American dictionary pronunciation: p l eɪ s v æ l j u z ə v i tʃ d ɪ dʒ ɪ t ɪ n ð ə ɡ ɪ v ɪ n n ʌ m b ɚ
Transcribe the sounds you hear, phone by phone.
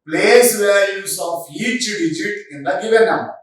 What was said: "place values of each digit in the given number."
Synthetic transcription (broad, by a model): p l eɪ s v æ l j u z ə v i tʃ d ɪ dʒ ɪ t ɪ n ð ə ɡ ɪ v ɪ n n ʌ m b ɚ